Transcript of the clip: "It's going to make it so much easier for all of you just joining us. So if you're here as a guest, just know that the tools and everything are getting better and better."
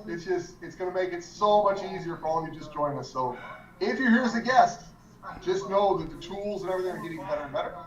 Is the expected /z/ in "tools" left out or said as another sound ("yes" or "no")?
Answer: no